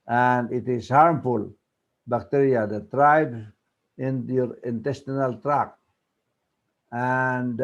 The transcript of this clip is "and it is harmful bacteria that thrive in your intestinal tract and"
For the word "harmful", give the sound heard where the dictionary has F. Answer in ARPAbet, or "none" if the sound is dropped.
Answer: F